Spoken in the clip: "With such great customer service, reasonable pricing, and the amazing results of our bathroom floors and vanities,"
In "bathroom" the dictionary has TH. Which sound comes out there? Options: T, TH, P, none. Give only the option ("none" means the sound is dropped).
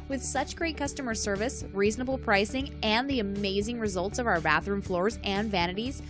TH